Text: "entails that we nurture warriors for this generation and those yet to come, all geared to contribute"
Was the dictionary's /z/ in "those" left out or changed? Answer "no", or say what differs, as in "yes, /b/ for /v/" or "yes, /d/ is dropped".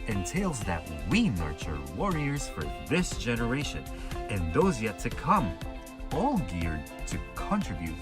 no